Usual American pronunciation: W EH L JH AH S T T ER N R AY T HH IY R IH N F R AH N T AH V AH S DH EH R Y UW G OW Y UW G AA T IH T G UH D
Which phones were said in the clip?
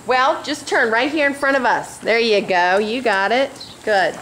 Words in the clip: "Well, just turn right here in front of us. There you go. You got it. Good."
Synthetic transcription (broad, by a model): W EH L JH AH S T T ER N R AY T HH IY R IH N F R AH T AH V AH S DH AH R Y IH G OW Y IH G AA T IH T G UH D